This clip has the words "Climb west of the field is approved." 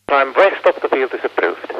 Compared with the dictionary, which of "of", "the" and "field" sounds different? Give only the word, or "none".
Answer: of